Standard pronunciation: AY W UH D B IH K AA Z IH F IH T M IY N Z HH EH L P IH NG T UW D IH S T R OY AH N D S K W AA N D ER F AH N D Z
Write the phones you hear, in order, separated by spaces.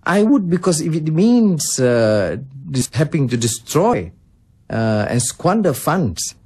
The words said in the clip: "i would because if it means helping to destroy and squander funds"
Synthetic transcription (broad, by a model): AY W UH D B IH K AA S IH F IH T M IY N S HH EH P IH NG T UW D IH S T R OY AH N S K W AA N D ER F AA N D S